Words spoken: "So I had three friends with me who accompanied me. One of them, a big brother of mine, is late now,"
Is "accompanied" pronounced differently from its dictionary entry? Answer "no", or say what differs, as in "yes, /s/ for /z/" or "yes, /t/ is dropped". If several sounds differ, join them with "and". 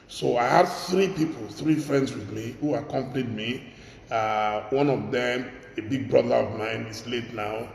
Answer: no